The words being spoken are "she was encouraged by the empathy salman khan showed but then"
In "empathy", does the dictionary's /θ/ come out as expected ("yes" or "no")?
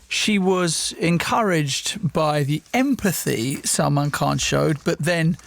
yes